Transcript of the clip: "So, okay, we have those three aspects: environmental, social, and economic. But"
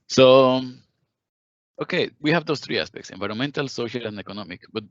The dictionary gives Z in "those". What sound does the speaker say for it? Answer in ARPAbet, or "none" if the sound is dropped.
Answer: S